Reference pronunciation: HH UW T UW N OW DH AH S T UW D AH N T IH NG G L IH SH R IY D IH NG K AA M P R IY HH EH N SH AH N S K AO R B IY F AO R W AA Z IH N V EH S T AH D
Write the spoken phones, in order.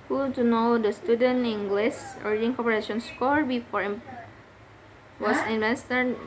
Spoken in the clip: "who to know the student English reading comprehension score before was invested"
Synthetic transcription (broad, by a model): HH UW T UW N OW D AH S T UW D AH N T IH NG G L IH S R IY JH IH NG K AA P IY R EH SH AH N S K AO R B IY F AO R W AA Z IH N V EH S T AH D